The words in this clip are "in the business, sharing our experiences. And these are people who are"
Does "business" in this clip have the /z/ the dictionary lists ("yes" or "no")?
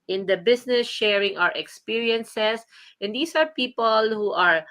no